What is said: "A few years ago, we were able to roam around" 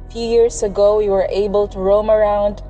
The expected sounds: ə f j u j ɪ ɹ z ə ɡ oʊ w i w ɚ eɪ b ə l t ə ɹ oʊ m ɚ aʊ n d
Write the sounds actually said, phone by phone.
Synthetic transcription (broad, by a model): f j u j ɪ ɹ s ə ɡ oʊ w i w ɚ eɪ b ə l t ə ɹ oʊ m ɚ aʊ n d